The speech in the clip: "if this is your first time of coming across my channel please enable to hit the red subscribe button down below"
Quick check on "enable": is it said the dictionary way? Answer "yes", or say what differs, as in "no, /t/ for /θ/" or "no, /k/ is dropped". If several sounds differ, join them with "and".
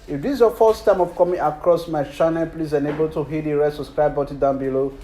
yes